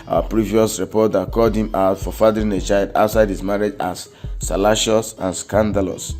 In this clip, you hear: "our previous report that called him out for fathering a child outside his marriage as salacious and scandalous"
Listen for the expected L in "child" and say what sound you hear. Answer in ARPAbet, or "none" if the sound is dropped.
L